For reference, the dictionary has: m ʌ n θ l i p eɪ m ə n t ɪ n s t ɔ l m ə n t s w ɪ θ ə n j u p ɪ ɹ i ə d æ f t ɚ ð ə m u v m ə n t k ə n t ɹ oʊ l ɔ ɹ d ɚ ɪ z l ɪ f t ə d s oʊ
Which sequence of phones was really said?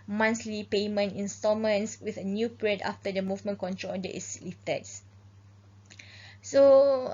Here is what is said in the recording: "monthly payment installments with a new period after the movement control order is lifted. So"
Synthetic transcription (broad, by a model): m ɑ n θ l i p eɪ m ə n t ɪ n s t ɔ m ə n s w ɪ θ ə n j u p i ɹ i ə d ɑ f t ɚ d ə m u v m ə n k ə n t ɹ oʊ l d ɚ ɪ s l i f t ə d s oʊ